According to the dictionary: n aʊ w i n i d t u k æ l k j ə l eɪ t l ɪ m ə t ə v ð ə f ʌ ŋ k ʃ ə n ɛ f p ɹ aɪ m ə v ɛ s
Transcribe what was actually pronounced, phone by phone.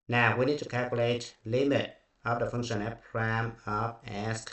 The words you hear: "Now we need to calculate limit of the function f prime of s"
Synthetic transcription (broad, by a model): n aʊ w i n i d t u k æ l k j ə l eɪ t l ɪ m ə t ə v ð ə f ʌ ŋ k ʃ ə n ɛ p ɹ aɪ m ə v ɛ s